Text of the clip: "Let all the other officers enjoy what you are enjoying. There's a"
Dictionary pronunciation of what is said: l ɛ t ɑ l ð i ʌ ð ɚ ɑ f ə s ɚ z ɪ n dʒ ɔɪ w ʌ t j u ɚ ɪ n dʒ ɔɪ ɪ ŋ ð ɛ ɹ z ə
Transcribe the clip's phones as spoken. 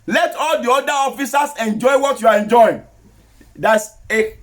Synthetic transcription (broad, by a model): l ɛ t ɑ l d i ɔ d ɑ ɑ f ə s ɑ s ɪ n dʒ ɔɪ w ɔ t j u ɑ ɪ n dʒ ɔɪ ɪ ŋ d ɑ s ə